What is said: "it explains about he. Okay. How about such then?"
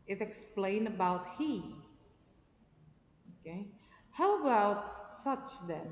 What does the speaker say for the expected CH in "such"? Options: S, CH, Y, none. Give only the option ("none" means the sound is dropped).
CH